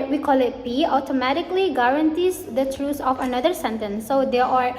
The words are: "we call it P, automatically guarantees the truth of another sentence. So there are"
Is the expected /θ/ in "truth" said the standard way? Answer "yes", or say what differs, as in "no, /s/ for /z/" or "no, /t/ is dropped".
no, /s/ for /θ/